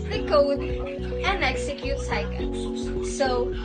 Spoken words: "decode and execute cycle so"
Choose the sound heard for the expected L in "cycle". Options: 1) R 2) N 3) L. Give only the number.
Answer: 2